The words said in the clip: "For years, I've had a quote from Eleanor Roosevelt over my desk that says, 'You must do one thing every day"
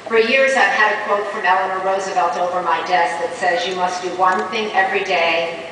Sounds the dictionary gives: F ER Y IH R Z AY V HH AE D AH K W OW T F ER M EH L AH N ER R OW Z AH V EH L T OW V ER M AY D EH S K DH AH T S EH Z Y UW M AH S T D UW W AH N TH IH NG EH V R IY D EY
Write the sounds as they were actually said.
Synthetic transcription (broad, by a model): F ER Y IH R Z AY V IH D AH K W OW T F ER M EH L AH N ER R OW Z AH V EH L T OW V ER M AY D EH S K DH AH T S EH Z Y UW M AH S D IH W AH N TH IH NG EH V R IY D EY